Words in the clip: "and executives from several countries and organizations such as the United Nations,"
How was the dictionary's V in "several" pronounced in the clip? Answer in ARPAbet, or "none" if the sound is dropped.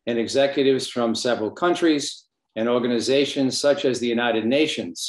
V